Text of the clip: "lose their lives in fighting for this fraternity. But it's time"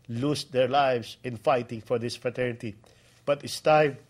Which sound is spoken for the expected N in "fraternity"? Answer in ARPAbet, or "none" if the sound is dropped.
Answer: N